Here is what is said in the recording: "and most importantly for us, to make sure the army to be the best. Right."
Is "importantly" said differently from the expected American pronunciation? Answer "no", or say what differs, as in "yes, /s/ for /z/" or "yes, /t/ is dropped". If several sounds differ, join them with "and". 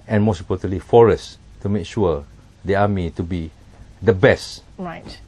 yes, /m/ is dropped